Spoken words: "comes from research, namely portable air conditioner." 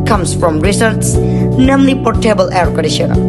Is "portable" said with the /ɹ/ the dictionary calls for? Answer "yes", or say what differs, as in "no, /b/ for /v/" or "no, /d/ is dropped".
yes